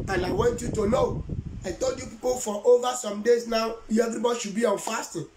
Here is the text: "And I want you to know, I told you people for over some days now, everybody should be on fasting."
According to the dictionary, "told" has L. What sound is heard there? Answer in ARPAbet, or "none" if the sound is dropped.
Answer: L